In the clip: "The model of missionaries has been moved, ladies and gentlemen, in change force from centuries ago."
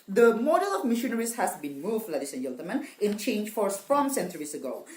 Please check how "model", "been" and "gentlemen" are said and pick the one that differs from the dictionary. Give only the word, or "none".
gentlemen